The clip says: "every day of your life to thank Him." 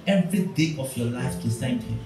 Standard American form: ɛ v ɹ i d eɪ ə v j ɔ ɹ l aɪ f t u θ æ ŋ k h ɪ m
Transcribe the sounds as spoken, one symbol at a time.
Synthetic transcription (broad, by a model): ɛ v ɹ i d eɪ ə f j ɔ l aɪ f t u s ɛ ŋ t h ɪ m